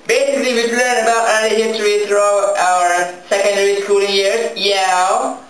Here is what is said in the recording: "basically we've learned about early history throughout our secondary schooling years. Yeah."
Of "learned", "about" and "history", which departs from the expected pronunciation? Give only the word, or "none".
learned